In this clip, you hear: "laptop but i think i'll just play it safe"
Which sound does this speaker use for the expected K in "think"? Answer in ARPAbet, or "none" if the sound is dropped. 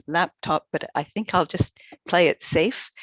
K